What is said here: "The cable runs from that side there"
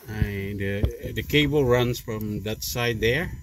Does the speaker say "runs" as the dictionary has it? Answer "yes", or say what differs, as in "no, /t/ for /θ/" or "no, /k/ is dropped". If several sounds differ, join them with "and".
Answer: yes